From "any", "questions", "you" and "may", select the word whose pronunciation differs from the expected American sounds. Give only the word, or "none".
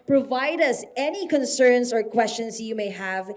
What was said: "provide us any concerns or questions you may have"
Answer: questions